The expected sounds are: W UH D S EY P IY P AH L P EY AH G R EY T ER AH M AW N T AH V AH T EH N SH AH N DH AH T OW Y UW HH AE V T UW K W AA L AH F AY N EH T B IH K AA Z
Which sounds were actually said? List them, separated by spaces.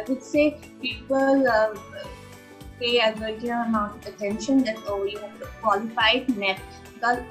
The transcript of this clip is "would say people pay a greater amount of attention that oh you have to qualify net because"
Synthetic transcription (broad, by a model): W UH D S EY P IY P AH L P EY AH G EY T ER AH M AW N T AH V AH T EH N SH AH N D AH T OW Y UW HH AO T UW K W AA L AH F AY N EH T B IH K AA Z